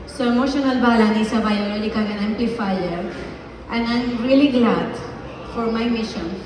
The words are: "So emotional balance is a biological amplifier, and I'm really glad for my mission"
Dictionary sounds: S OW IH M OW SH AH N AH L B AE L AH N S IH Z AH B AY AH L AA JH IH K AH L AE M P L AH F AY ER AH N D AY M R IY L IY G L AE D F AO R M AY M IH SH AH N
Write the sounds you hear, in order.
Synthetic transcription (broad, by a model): S OW IH M OW SH AH N AH L B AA L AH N IH S AH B AY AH L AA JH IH K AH N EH M P L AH F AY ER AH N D AY M R IY L IY G L AE D F AO R M AY M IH SH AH N